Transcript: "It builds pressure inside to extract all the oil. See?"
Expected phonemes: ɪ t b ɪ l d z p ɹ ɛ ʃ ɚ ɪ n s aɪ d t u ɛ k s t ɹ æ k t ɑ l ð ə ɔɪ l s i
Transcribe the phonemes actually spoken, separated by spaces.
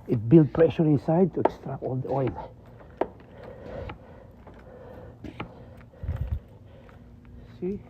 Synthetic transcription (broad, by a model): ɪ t b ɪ l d p ɹ ɛ ʃ ɚ ɪ n s aɪ d t u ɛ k s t ɹ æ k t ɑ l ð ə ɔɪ n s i